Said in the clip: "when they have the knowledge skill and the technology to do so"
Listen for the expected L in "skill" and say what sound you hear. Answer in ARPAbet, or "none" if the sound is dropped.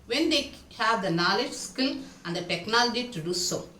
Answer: N